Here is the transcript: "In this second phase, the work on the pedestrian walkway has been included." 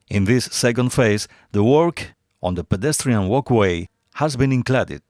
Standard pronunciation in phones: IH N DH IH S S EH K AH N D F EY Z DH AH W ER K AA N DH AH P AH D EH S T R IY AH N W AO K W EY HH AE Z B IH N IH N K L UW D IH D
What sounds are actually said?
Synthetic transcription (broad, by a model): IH N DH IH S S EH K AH N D F EY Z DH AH W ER K AA N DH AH P AH D EH S T R IY AH N W AO K W EY HH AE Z B IH N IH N K L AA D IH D